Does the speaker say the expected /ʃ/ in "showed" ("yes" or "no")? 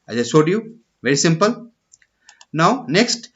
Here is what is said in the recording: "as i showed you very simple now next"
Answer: no